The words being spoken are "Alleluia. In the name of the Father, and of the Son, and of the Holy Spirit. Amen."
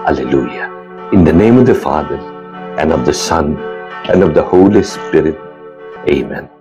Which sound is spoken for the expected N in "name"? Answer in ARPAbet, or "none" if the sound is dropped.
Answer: N